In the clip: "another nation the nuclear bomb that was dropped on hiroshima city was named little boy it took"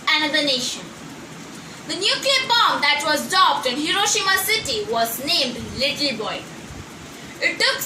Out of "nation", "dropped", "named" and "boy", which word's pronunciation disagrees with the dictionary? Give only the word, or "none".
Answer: dropped